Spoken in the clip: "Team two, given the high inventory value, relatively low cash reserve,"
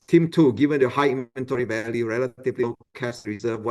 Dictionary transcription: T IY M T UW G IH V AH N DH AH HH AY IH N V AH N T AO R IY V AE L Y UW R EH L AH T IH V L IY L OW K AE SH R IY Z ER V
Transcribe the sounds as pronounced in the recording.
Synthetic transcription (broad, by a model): T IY M T UW G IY V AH N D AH HH AY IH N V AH N T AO R IY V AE L Y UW R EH L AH T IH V L IY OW K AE S R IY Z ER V